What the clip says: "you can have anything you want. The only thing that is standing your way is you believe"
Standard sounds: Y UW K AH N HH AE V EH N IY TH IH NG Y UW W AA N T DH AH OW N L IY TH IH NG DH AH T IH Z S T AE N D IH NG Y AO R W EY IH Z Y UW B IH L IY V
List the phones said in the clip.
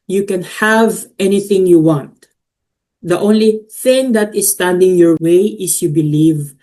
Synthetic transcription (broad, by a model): Y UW K AH N HH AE V EH N IY TH IH NG Y UW W AA N T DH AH OW N L IY TH IH NG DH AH T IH S T AE N D IH NG Y AO R W EY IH S Y UW B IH L IY V